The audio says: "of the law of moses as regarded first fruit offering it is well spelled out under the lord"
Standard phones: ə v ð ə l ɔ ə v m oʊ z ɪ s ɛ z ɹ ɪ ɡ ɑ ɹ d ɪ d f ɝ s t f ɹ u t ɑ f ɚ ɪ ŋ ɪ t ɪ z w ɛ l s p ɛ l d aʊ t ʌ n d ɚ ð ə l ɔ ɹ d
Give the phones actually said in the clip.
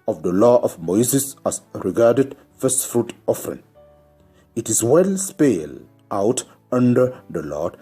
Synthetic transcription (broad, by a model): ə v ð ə l ɔ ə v m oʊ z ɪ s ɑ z ɹ ɪ ɡ ɑ ɹ d ɪ d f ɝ s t f ɹ u t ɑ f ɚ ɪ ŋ ɪ t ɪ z w ɛ l s p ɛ l aʊ t ʌ n d ɚ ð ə l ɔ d